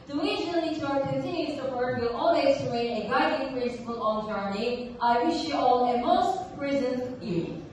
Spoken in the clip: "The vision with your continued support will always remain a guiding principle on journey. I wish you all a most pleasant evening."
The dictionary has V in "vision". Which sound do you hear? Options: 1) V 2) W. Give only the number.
2